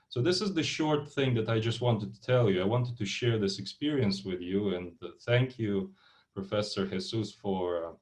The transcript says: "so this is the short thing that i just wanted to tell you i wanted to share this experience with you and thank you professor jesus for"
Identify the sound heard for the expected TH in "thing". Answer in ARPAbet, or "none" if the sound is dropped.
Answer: TH